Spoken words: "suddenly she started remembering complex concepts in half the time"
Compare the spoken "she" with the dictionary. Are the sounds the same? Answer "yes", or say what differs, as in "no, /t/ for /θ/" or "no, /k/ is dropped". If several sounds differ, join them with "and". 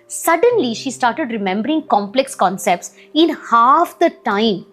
yes